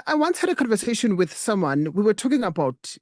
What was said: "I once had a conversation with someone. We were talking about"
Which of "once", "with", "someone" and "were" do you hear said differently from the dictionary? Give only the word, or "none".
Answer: none